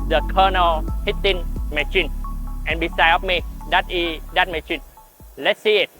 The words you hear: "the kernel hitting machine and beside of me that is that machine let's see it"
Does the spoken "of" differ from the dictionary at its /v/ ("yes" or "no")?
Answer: yes